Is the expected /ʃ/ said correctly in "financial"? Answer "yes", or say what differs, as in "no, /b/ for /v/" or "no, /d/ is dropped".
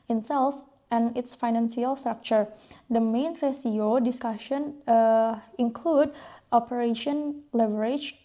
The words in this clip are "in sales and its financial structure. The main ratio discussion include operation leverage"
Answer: no, /s/ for /ʃ/